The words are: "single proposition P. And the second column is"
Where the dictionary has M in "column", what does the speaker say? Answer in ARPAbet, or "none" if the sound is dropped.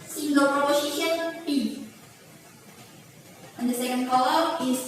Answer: none